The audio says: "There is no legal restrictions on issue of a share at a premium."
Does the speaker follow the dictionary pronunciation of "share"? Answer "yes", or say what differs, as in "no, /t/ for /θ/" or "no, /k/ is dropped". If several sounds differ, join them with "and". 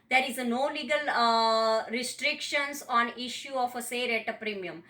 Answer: no, /s/ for /ʃ/